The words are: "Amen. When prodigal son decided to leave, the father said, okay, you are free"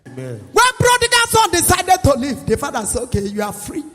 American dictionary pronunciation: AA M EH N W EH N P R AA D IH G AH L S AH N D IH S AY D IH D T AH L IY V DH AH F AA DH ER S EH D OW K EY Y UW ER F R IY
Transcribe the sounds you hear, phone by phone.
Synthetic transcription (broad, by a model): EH W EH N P R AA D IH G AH N S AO N D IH S AY D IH D T AH L IY V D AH F AA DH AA S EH OW K EY Y UW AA F R IY